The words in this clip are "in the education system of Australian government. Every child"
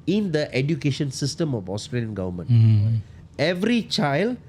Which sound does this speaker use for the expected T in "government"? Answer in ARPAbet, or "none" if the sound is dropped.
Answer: none